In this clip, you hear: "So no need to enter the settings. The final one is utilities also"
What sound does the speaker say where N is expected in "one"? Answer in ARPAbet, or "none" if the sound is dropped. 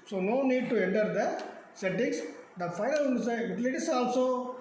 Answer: none